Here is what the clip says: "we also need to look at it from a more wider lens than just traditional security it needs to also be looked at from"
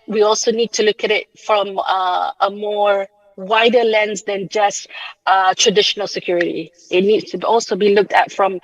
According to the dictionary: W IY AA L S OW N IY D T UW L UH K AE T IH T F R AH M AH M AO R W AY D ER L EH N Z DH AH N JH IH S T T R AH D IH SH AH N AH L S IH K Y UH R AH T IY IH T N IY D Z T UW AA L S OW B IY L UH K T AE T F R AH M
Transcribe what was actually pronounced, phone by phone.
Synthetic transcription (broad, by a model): W IY AA L S OW N IY D T UW L UH K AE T IH T F R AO M AH M AO R W AY D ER L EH N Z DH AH N JH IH S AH T R AH D IH SH AH N AH L S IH K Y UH R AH T IY IH T N IY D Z T UW AA L S OW B IY L UH K T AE T F R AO M